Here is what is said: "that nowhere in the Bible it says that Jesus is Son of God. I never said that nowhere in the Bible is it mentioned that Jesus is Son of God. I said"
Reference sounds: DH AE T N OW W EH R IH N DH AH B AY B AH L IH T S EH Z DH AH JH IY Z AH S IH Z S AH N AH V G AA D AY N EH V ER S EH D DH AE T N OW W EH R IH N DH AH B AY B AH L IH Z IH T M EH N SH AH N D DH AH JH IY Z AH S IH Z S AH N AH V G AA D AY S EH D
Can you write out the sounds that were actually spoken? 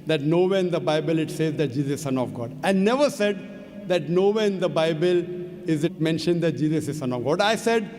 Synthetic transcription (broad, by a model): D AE T N OW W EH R IH N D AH B AY B AH L IH T S EH Z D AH JH IY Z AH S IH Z S AH N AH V G AA D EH N EH V ER S EH D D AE T N OW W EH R IH N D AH B AY B AH L IH Z IH T M EH N SH AH N D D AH JH IY Z AH S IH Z S AH N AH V G AA D AY S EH D